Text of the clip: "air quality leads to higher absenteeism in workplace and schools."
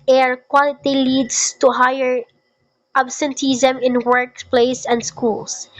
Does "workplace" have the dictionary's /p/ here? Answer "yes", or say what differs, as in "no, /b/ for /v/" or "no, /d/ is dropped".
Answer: yes